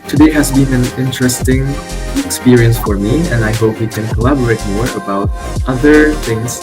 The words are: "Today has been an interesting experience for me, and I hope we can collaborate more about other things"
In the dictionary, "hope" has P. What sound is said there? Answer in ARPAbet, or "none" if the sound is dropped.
P